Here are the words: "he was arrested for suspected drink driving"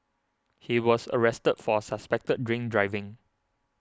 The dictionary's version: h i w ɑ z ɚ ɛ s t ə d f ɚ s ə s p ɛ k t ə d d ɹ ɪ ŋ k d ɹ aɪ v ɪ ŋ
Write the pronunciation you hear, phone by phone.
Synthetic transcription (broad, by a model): h i w ɑ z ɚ ɛ s t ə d f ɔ s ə s p ɛ k t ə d d ɹ ɪ ŋ k d ɹ aɪ v ɪ ŋ